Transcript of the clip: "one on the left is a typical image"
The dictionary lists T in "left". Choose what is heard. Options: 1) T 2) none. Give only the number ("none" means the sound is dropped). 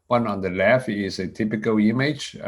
2